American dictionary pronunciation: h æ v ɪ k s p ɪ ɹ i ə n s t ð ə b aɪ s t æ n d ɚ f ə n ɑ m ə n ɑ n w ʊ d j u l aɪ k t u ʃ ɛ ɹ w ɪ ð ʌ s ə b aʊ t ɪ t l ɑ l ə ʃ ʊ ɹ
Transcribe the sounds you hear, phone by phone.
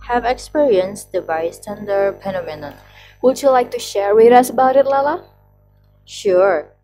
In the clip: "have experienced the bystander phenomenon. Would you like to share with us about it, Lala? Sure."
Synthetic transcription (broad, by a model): h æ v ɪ k s p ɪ ɹ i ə n s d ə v aɪ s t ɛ n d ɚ p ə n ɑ m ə n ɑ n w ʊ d j u l aɪ k t u ʃ ɛ ɹ w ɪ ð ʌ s ə b aʊ t ɪ t l ɑ l ə ʃ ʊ ɹ